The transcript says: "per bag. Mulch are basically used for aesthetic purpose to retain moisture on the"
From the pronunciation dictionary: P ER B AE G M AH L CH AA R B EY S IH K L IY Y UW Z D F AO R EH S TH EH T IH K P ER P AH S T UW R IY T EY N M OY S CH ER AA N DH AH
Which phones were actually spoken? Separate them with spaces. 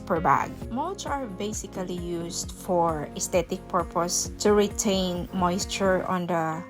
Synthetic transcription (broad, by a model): P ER B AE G M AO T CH AA R B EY S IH K L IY Y UW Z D F AO R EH S T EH T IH K P ER P AH S T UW R IY T EY N M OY S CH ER AA N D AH